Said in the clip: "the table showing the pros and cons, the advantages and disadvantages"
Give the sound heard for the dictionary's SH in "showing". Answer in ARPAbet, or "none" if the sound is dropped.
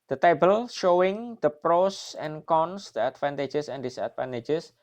SH